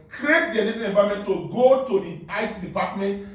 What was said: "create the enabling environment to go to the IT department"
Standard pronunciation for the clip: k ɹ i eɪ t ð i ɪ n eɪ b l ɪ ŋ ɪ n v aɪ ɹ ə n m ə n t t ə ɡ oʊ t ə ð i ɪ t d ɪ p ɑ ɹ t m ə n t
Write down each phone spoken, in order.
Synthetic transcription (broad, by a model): k ɹ i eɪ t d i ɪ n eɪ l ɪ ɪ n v aɪ ə m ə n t t ə ɡ oʊ t ə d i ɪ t d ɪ p ɑ t m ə n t